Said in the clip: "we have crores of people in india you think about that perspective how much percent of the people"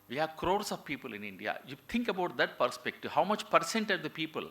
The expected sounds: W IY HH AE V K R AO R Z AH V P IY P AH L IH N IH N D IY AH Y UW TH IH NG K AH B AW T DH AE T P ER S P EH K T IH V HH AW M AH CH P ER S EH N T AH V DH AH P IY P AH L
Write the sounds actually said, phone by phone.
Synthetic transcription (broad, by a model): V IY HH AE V K R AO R S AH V P IY P AH L IH N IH N D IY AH Y UW T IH NG K AH B AW T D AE T P ER S P EH K T IH V HH AW M AH CH P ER S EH N T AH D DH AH P IY P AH L